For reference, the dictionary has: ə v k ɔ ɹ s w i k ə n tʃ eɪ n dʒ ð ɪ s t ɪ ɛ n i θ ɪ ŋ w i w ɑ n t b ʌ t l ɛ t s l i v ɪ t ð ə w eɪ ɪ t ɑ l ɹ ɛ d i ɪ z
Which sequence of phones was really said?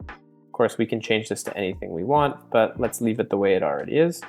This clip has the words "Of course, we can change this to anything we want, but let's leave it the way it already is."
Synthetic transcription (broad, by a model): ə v k ɔ ɹ s w i k ə n tʃ eɪ n dʒ ð ɪ s t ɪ ɛ n i θ ɪ ŋ w i w ɑ n t b ʌ t l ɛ t s l i v ɪ t ð ə w eɪ ɪ t l ɹ ɛ d i ɪ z